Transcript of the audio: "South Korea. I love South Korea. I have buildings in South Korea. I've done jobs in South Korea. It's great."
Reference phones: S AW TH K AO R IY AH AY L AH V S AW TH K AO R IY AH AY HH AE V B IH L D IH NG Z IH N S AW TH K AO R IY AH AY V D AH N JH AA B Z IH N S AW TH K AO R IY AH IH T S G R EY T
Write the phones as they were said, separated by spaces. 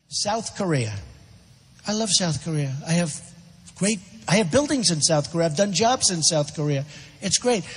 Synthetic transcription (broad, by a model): S AW TH K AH R IY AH AY L AH V S AW TH K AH R IY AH AY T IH V B IH L D IH NG Z IH N S AW TH K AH R IY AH AY V D AH N JH AA B Z IH N S AW TH K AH R IY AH IH T S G R EY T